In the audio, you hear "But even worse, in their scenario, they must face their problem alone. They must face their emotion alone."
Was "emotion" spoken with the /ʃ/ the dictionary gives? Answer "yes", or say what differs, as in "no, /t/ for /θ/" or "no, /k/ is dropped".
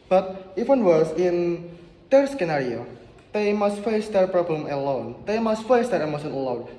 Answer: no, /s/ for /ʃ/